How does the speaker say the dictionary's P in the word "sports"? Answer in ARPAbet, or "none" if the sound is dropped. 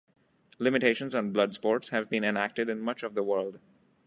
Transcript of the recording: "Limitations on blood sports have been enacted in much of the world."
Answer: P